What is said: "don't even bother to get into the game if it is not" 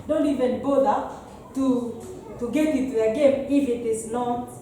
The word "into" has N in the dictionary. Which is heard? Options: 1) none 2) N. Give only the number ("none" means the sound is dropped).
1